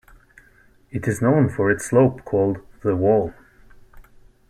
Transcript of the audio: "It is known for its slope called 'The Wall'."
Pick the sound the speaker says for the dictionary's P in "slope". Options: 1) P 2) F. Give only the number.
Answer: 1